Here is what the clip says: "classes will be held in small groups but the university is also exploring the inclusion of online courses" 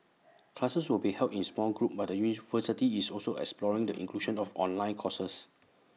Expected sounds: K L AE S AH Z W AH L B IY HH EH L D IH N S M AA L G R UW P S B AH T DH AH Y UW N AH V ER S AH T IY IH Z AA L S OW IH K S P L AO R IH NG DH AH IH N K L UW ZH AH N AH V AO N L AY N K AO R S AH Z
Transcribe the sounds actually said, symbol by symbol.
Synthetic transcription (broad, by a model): K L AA S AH S W AH L B IY HH EH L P IH N S M AA L G R UW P B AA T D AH Y UW N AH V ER S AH T IY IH S AA L S OW IH K S P L AO R IH NG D AH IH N K L UW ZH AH N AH F AO N L AY N K AO S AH S